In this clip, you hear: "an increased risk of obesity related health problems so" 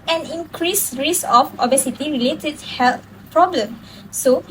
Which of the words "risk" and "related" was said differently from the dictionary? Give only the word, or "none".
risk